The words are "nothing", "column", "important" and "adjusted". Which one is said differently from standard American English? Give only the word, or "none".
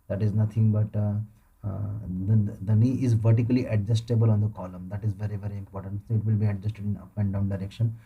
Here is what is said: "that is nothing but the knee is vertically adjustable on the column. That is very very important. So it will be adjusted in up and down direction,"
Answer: nothing